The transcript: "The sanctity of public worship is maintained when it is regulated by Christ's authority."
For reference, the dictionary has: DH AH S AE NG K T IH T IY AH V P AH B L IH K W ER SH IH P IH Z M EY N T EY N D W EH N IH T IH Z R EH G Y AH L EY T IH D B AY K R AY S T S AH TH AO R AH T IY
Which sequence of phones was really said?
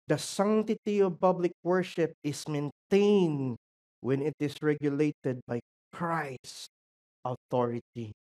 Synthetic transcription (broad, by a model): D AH S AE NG T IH T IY AH V P AH B L IH K W ER SH IH P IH S M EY N T EY N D W EH N IH T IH S R EH G Y AH L EY T IH D B AY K R AY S S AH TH AO R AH T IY